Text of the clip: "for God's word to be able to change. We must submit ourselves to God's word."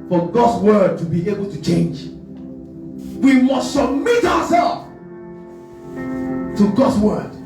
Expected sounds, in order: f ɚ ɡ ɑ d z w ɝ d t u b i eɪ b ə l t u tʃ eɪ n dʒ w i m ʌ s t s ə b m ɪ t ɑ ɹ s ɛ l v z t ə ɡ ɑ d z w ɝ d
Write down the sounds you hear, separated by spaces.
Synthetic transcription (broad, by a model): f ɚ ɡ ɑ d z w ɝ d t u b i eɪ b ə l t u tʃ eɪ n dʒ w i m ʌ s t s ə b m ɪ t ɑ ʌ s ɛ l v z t ə ɡ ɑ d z w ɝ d